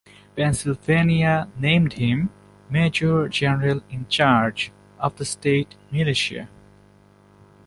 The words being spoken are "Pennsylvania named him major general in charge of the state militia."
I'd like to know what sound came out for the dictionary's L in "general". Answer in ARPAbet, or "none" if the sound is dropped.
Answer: L